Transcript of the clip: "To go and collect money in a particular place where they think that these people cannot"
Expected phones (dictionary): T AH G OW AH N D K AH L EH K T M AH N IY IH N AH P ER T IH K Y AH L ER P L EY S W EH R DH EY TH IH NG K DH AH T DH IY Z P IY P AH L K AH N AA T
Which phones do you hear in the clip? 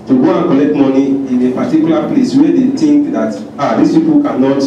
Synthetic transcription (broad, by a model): T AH G OW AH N K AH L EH K T M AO N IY IH N AH P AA T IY K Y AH L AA P L EY S W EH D EY T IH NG K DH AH T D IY S P IY P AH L K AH N AA T